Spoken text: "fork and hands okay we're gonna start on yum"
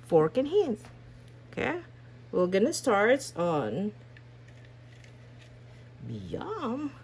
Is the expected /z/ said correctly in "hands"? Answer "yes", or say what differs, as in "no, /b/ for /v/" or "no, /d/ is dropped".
no, /s/ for /z/